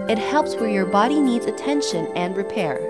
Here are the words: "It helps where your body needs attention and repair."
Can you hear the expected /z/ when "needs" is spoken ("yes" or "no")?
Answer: yes